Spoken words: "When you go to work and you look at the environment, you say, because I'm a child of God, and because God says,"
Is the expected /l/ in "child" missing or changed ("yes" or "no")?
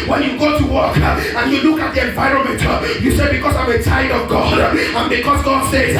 yes